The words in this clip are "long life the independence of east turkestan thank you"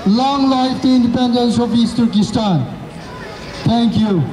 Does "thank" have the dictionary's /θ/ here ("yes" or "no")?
no